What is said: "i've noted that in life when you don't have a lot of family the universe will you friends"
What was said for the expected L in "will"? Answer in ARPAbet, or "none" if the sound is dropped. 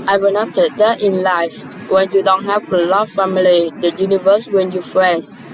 N